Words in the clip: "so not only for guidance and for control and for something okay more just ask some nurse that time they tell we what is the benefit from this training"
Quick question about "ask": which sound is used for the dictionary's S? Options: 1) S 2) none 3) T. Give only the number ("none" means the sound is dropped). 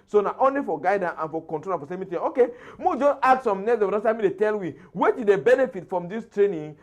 2